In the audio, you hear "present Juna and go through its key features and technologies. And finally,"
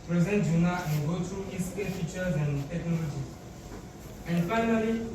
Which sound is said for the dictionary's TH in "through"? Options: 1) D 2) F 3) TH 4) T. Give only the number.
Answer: 4